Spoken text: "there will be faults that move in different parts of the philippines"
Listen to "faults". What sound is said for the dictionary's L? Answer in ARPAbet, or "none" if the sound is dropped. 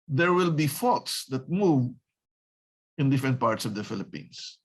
none